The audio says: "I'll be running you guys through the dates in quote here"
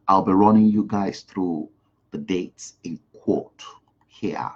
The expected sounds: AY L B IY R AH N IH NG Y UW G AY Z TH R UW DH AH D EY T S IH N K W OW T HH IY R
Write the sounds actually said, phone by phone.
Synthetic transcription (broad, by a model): AY L B IY R AH N IH NG Y UW G AY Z TH R UW DH AH D EY T S IH N K W OW T HH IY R